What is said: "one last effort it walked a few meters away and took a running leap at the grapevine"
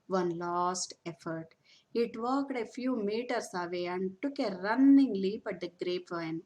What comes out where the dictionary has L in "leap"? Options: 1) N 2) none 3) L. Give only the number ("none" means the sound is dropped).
3